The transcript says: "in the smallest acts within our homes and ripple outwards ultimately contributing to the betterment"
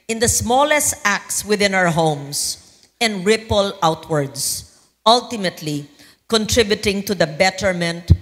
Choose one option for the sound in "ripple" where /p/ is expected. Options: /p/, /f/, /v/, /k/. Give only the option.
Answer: /p/